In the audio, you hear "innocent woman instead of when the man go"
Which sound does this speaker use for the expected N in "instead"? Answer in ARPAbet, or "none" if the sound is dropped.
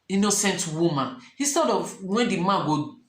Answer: none